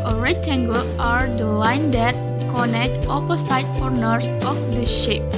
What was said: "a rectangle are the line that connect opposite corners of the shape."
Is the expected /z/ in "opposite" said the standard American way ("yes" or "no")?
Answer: no